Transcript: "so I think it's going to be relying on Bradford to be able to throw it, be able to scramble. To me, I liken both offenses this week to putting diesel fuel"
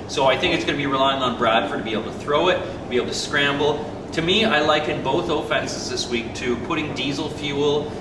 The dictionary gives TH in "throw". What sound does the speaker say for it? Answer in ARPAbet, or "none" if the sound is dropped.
TH